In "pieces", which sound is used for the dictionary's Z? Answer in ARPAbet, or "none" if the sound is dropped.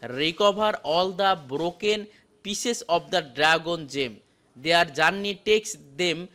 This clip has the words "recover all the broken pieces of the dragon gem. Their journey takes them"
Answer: S